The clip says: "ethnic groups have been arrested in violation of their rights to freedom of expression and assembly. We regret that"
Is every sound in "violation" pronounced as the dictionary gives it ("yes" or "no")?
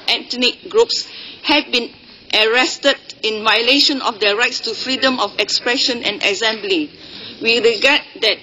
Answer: yes